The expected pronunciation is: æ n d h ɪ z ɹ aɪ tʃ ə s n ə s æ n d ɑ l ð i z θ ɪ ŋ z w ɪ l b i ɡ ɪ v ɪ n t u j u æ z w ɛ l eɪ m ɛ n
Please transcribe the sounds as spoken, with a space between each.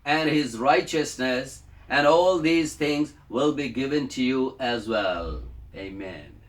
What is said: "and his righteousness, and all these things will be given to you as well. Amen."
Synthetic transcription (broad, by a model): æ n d h ɪ z ɹ aɪ tʃ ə s n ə s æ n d ɑ l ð i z t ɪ ŋ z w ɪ l b i ɡ ɪ v ɪ n t u j u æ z w ɛ l eɪ m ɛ n